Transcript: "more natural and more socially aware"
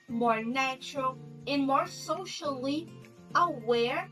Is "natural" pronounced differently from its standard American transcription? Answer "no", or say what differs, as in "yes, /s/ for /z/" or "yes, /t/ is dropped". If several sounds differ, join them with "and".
no